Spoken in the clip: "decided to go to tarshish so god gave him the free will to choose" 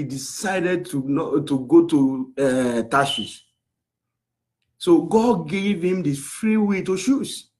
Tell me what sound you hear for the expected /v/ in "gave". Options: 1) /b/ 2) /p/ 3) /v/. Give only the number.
3